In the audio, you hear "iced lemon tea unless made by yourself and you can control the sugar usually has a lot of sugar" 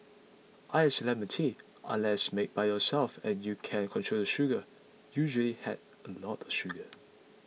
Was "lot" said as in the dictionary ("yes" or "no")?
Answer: no